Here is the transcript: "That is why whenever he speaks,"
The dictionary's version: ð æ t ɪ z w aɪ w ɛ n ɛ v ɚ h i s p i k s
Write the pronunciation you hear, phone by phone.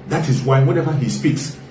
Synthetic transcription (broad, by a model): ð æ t ɪ z w aɪ w ɛ n ɛ v ɚ h i s p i k s